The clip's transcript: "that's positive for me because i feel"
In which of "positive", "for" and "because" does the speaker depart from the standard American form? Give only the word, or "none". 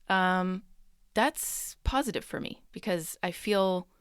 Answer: none